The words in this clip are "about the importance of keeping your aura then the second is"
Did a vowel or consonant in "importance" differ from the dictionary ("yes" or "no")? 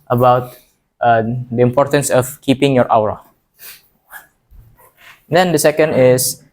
no